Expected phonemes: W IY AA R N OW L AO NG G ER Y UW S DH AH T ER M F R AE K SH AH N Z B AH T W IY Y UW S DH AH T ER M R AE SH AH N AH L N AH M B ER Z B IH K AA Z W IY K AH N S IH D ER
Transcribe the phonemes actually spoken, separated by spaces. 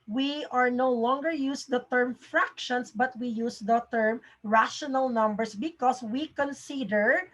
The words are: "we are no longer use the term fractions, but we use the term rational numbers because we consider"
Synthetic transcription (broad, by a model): W IY AA R N OW L AO NG G ER Y UW S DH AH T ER M F R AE K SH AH N S B AH T W IY Y UW S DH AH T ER M R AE SH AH N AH L N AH M B ER S B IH K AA S W IY K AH N S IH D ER